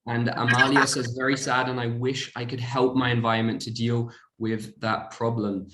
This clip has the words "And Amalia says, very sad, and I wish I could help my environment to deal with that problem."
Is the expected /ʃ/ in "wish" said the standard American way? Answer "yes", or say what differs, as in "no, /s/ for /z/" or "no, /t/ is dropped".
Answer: yes